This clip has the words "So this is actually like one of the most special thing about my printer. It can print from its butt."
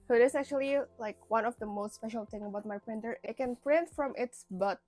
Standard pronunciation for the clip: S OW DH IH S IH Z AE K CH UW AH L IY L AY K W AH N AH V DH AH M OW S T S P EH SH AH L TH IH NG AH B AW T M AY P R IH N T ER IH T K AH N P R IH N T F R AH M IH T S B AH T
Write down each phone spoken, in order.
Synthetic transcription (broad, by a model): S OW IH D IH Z AE K CH UW AH L IY L AY K W AH N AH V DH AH M OW S T S P EH SH AH L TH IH NG AH B AW T M AY P R IH N T ER IH T K AH N P R IH N T F R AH M IH T S B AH T